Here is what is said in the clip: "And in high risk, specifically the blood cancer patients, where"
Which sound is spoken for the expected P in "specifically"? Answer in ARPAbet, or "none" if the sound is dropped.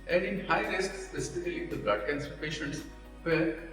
none